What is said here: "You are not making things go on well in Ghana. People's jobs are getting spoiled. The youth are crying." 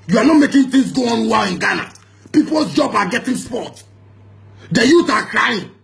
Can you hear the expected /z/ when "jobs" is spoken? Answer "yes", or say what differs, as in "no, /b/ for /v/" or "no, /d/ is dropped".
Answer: no, /z/ is dropped